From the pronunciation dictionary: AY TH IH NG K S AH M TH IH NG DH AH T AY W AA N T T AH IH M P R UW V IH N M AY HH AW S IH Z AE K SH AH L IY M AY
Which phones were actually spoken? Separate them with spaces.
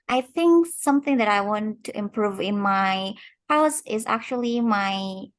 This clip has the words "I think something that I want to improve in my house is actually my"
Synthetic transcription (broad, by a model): AY TH IH NG K S AH M TH IH NG DH AH T AY W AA N T T IH M P R UW V IH N M AY HH AW S IH Z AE K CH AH L IY M AY